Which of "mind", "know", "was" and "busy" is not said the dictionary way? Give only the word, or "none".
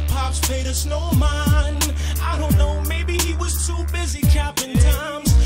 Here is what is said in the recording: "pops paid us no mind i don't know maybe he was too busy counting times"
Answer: mind